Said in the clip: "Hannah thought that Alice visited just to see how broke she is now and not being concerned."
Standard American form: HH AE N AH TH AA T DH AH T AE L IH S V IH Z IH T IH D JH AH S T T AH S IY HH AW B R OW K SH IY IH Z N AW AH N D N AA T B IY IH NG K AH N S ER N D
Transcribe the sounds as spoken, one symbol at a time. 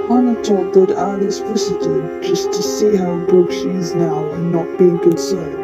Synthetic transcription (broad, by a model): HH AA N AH T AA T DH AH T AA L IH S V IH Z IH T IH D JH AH S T T AH S IY HH AW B OW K SH IY IH Z N AW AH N N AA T B IY IH NG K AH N S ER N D